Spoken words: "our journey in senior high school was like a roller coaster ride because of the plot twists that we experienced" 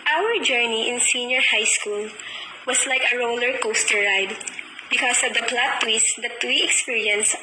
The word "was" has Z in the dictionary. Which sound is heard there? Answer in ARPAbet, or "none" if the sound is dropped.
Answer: S